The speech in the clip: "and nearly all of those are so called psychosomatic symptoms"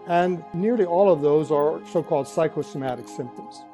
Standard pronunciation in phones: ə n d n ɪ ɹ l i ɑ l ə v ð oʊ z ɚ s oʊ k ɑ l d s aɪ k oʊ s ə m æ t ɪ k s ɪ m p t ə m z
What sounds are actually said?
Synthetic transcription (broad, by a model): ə n n ɪ ɹ l i ɑ l ə v ð oʊ z ɚ s oʊ k ɑ l d s aɪ k oʊ s ə m æ t ɪ k s ɪ m p t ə m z